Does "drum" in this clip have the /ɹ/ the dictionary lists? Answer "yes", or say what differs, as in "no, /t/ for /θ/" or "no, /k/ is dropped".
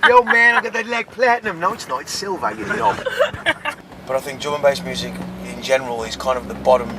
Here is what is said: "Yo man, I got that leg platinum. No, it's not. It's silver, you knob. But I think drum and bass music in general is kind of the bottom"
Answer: no, /ɹ/ is dropped